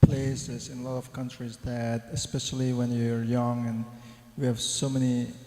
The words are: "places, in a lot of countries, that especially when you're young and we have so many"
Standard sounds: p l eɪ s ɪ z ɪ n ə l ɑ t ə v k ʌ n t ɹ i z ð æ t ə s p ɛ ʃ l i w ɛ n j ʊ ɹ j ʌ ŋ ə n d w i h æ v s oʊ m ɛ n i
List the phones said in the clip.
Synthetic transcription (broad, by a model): p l eɪ s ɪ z ɪ n ə l ɑ t ə v k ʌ n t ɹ i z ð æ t ə s p ɛ ʃ l i w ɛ n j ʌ ɹ j ʌ ŋ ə n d w i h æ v s oʊ m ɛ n i